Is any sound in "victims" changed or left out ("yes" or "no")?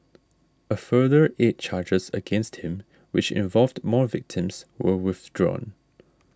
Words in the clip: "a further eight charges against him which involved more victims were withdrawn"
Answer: no